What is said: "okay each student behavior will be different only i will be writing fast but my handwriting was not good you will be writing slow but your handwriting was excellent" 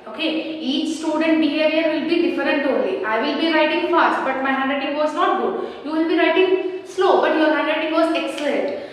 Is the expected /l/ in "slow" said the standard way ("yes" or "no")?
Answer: yes